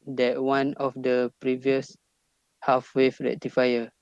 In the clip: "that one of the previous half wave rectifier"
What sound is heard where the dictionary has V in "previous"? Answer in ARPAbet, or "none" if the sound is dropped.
V